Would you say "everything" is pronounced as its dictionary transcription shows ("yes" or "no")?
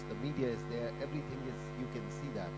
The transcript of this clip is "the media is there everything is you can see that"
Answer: yes